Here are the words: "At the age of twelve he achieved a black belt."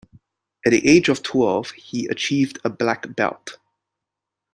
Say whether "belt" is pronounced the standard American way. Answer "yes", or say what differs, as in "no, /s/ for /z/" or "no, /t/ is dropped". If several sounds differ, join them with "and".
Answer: yes